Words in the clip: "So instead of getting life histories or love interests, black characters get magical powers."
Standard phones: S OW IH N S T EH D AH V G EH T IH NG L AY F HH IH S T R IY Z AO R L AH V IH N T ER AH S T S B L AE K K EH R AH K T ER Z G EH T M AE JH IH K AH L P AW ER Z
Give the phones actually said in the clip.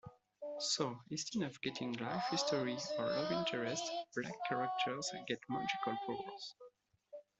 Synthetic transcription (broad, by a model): S OW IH S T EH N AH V G EH T IH NG L AY F HH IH S T R IY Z AO R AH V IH N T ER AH S T B L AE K K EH R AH K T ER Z G EH T M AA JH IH K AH L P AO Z